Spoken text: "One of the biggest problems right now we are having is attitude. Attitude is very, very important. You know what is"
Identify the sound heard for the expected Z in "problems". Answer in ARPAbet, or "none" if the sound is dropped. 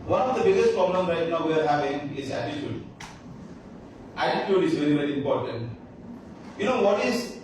none